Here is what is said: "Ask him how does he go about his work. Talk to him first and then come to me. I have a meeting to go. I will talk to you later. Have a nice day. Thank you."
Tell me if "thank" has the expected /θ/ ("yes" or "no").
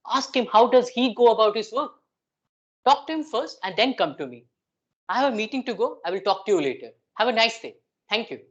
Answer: no